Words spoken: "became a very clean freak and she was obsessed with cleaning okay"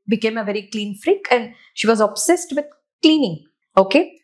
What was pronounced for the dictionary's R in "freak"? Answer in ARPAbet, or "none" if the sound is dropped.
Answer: R